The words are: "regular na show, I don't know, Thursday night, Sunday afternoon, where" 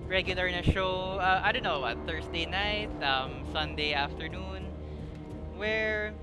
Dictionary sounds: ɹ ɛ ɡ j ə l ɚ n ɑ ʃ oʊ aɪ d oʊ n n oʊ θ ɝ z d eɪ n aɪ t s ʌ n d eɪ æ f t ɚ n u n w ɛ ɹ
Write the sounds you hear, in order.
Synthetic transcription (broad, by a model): ɹ ɛ ɡ j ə l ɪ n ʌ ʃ oʊ aɪ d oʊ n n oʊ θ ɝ s d eɪ n aɪ t s ʌ n d eɪ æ f t ɚ n u n w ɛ ɹ